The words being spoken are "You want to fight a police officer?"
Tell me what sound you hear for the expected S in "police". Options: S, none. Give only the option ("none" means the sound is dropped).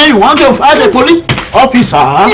none